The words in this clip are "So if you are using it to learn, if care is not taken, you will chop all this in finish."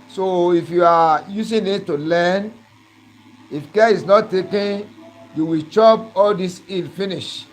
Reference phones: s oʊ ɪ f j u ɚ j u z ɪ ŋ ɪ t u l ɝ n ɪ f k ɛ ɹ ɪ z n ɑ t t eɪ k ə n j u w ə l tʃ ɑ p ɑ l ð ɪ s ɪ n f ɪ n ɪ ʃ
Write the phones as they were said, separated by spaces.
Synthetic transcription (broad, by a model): s oʊ ɪ f j u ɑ j u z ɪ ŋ ɪ t u l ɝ n ɪ f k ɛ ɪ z n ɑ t t eɪ k ə n j u w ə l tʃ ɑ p ɑ l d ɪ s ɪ l f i n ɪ ʃ